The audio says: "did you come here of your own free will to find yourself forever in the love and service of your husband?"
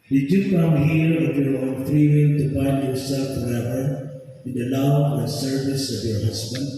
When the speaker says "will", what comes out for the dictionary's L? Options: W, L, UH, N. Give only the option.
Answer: N